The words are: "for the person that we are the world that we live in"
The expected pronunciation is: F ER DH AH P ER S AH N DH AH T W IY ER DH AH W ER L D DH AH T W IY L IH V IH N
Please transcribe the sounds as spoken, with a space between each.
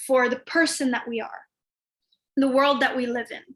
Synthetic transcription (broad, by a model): F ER DH AH P ER S AH N DH AH T W IY ER DH AH W ER L D DH AH T W IY L IH V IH N